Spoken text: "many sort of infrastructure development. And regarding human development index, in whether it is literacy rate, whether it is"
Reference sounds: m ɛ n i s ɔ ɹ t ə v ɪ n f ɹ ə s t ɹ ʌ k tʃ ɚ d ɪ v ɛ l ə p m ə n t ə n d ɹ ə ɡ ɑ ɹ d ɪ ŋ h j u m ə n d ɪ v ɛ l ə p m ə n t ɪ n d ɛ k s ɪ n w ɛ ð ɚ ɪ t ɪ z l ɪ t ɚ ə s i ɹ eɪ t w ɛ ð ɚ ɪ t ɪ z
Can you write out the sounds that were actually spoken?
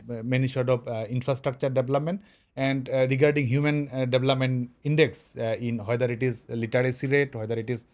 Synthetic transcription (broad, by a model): m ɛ n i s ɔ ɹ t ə b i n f ɹ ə s t ɹ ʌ k tʃ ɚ d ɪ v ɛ l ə p m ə n t ə n d ɹ ə ɡ ɑ ɹ d ɪ ŋ h j u m ə n d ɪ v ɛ l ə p m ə n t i n d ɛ k s ɪ n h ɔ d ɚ ɪ t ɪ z l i t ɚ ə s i ɹ eɪ t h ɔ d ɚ ɪ t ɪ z